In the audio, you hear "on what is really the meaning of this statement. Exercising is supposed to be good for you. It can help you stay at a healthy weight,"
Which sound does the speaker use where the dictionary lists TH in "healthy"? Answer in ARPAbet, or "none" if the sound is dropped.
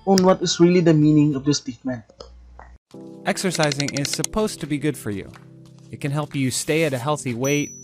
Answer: TH